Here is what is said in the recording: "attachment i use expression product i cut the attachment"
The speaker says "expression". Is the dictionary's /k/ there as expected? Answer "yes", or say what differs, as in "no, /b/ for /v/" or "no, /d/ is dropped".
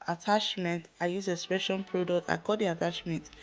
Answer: no, /k/ is dropped